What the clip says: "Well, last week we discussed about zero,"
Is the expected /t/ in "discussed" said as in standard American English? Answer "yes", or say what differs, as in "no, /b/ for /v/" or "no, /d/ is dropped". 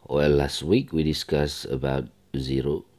no, /t/ is dropped